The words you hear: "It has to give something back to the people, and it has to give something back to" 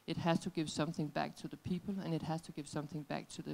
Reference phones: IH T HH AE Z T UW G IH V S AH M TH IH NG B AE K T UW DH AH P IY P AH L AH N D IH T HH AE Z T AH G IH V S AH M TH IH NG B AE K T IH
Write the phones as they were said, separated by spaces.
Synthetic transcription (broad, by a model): IH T HH AE Z T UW G IH V S AH M TH IH NG B AE K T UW DH AH P IY P AH L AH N IH T HH AE Z T AH G IH V S AH M TH IH NG B AE K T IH